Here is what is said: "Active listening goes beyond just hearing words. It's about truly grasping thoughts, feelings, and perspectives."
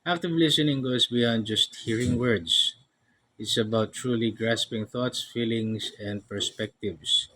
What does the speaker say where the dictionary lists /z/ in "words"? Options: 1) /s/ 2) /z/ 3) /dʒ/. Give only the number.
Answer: 1